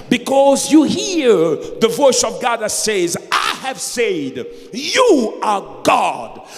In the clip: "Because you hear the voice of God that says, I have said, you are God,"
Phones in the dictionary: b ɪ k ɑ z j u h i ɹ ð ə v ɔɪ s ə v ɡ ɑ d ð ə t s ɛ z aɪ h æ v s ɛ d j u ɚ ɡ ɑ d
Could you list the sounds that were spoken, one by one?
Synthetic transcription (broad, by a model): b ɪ k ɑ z j u h i ɹ ð ə v ɔɪ s ə v ɡ ɑ d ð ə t s ɛ z aɪ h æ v s ɛ d j u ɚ ɡ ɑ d